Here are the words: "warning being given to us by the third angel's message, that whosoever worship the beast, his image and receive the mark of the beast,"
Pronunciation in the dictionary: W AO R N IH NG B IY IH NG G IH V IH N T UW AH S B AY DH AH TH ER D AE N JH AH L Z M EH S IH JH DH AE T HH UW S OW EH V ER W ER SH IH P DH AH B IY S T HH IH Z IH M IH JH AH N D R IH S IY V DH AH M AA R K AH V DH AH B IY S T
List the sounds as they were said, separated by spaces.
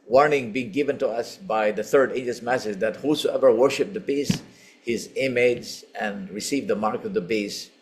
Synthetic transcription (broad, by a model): W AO R N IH NG B IY IH NG G IH V IH N T UW AH S B AY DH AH TH ER D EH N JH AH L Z M EH S IH JH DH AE T HH UW S OW EH V ER W ER SH IH P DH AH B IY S HH IH Z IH M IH Z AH N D R IH S IY V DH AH M AA R K AH V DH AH B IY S